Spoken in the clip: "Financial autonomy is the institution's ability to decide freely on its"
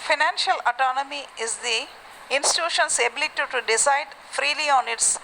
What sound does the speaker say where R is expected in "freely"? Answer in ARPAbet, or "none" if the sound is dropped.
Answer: R